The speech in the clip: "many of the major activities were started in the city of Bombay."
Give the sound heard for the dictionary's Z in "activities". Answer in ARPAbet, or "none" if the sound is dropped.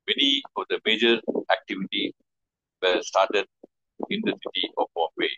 none